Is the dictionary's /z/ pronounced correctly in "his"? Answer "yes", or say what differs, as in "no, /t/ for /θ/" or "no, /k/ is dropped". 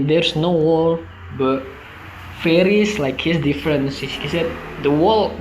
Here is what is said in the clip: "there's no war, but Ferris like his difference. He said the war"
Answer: no, /s/ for /z/